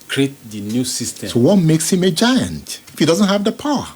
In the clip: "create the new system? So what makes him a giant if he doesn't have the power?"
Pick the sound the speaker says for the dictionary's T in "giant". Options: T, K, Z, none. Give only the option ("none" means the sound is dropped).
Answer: T